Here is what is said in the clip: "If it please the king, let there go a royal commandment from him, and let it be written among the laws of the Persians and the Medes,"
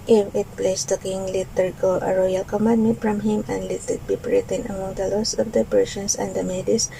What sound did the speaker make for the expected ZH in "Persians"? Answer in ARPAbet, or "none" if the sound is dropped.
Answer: S